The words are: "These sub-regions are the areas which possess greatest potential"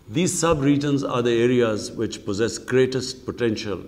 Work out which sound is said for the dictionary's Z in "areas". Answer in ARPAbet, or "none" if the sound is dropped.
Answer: Z